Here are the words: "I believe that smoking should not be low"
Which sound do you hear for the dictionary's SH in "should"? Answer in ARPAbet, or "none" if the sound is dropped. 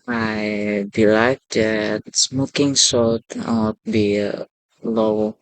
S